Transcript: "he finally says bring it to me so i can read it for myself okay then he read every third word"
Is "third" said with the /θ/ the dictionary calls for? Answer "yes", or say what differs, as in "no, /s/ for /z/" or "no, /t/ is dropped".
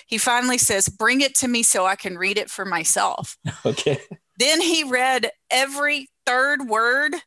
yes